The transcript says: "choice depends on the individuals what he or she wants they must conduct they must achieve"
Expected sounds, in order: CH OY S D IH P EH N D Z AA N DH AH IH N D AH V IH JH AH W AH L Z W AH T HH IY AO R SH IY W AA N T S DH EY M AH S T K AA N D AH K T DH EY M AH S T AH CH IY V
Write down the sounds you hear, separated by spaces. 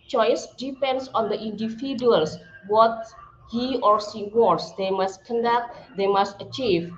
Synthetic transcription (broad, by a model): CH OY S D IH P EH N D S AA N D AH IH N D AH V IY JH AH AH L S W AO T HH IY AO R S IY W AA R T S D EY M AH S T K AA N D AH K T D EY M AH S T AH CH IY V